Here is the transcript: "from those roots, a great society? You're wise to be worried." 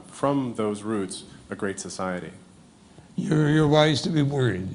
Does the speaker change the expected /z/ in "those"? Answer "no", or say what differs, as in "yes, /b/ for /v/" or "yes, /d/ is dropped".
no